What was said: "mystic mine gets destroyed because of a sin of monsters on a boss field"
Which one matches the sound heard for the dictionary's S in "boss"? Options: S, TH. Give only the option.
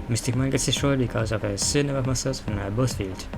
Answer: TH